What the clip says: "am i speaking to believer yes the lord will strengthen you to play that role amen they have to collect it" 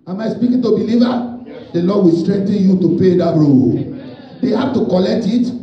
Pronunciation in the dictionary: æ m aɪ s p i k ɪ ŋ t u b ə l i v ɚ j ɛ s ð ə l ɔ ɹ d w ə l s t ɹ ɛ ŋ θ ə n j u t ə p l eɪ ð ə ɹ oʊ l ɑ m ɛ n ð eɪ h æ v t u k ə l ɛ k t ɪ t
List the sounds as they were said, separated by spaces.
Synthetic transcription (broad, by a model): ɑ m aɪ s p i k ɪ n t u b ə l i v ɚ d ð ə l ɔ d w ə l s t ɹ ɛ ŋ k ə n j u t ə p eɪ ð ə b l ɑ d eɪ h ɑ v t u k ə l ɛ k t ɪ t